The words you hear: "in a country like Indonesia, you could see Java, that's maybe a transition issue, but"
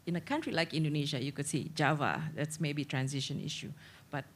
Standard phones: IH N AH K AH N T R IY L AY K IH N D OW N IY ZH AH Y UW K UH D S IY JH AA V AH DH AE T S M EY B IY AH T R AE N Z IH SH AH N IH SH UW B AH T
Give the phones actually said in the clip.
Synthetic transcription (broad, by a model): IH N AH K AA N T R IY L AY K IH N D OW N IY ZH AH Y UW K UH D S IY JH AA V AH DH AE T S M EY B IY T R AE N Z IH SH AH N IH SH UW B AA T